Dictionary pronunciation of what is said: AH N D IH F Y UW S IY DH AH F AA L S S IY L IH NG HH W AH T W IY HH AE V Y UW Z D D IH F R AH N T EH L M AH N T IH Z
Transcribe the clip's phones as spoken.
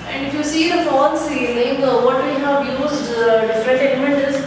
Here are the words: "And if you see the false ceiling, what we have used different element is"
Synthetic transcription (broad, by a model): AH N D IH F Y UW S IY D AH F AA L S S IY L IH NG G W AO T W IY HH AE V Y UW Z D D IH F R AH T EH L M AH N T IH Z